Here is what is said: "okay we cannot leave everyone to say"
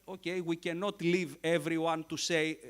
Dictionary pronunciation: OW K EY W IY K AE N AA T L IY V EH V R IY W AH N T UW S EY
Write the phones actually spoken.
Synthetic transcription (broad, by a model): OW K EY W IY K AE N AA T L IY V EH V R IY W AH N T UW S EY